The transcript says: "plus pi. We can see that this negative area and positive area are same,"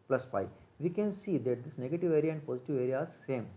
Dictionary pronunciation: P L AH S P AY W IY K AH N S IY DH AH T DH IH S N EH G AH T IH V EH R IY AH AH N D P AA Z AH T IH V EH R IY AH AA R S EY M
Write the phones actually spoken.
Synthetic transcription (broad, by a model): P L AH S F AY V IY K AH N S IY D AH T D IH S N EH G AH T IH V EH R IY AH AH N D P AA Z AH T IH V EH R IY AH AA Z S EY M